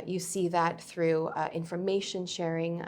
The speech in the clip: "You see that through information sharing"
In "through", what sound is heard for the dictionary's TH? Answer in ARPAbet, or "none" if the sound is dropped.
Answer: TH